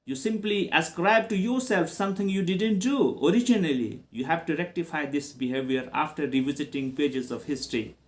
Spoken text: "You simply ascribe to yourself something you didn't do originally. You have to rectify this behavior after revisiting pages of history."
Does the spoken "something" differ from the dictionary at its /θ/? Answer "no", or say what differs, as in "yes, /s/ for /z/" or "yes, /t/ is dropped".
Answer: yes, /t/ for /θ/